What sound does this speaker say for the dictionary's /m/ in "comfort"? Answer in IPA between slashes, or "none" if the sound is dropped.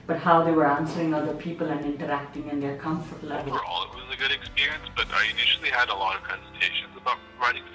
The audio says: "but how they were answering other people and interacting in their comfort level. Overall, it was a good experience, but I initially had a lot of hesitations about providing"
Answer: /m/